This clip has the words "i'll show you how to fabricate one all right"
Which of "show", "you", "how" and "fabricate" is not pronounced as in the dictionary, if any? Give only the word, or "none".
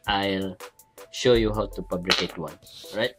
fabricate